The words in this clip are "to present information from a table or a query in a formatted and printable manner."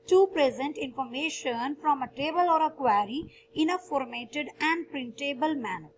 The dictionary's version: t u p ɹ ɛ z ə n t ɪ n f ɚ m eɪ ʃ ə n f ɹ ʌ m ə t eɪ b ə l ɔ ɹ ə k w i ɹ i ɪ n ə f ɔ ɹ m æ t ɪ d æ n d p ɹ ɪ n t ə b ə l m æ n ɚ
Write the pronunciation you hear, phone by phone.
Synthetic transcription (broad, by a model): t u p ɹ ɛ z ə n t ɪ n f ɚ m eɪ ʃ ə n f ɹ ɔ m ə t eɪ b ə l ɔ ɹ ə k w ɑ ɹ i ɪ n ə f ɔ ɹ m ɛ t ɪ d æ n d p ɹ ɪ n t ə b ə l m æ n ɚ